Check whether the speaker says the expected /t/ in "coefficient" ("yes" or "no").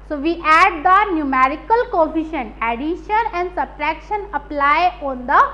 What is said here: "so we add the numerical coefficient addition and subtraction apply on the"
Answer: no